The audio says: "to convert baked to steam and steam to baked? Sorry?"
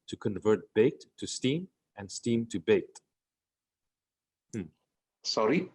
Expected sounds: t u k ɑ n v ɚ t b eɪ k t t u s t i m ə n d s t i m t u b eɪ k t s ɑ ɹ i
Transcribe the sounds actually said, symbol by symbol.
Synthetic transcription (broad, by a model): t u k ɑ n v ɚ t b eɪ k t t u s t i m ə n s t i m t u b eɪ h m s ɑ ɹ i